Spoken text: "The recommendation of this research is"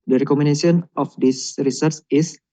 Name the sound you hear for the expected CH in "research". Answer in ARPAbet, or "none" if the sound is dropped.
S